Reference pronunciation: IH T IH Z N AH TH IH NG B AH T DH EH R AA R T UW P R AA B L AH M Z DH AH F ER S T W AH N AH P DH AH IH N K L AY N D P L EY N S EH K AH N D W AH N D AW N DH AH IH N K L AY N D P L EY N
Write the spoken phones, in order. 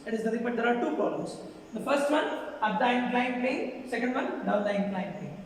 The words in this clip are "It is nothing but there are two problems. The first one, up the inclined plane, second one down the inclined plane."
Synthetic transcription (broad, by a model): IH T IH Z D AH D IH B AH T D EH R AA R T UW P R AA L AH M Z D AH F ER S T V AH N AH P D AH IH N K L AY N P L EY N S EH K AH N D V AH N D AW N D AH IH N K L AY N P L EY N